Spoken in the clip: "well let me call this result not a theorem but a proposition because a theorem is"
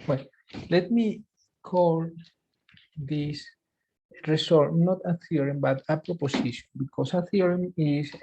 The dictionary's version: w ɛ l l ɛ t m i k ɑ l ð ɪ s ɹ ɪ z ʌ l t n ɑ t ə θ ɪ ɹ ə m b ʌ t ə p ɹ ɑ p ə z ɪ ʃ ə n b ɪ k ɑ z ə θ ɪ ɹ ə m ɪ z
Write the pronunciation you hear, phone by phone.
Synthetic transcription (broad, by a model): w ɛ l l ɛ t m i k ɑ l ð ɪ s ɹ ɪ s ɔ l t n ɑ t ə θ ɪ ɹ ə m b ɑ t ə p ɹ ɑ p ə s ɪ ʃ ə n b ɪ k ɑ s ə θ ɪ ɹ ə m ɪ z